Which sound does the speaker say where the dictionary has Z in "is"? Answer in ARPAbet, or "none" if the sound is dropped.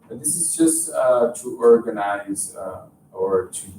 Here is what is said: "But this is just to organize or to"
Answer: Z